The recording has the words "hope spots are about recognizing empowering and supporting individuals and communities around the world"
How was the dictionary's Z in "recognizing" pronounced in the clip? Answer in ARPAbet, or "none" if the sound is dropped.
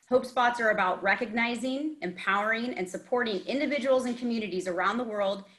Z